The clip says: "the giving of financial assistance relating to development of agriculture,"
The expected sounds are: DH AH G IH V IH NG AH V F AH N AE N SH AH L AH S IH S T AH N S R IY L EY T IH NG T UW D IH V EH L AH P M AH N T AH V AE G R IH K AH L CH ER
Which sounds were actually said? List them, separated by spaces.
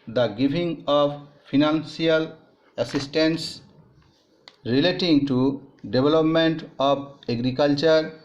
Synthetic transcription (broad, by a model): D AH G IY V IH NG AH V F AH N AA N S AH L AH S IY S T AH N S R IY L EY T IH NG T UW D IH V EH L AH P M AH N T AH B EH G R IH K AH L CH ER